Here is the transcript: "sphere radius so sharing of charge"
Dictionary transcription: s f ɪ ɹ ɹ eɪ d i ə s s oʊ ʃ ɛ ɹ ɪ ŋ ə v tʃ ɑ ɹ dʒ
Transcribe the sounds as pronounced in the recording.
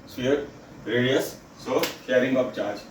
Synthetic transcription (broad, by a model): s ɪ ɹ ɹ eɪ d i ə s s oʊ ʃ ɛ ɹ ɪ ŋ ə p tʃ ɑ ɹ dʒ